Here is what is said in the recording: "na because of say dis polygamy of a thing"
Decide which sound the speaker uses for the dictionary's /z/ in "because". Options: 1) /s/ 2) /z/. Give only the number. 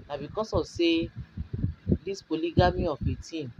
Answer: 1